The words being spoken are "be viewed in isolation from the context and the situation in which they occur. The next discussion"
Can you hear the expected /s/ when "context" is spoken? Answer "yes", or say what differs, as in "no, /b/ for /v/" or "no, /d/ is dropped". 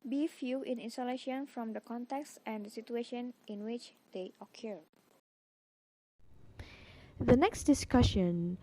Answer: yes